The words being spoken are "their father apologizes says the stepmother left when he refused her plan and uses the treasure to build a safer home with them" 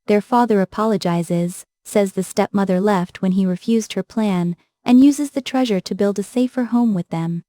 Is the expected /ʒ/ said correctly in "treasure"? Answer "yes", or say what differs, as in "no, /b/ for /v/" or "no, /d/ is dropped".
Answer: yes